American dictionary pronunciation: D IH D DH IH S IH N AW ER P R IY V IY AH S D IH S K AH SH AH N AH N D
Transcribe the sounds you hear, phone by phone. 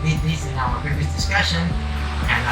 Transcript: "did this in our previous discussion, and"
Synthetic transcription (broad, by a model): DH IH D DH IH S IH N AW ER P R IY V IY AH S D IH S K AH SH AH N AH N